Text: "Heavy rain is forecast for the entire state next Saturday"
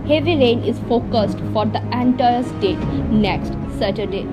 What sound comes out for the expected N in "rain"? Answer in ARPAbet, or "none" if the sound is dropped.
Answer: N